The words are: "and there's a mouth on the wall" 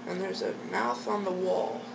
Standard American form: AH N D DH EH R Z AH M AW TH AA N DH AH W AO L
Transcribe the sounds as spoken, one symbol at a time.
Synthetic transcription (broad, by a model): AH N DH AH R Z AH M AW TH N DH AH W AO L